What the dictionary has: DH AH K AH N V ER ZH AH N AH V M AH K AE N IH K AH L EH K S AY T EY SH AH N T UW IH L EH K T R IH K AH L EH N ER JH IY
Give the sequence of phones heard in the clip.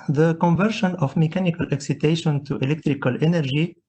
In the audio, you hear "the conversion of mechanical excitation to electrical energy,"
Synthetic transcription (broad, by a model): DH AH K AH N V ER SH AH N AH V M AH K AE N IH K AH L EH K S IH T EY SH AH N T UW IH L EH K T R IH K AH L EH N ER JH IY